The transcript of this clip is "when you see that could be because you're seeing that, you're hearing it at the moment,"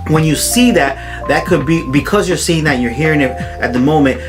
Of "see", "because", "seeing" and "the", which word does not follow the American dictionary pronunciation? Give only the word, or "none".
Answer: none